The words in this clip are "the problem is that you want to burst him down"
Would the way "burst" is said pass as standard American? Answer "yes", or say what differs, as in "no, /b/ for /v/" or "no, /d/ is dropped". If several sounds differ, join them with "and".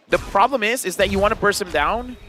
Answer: no, /t/ is dropped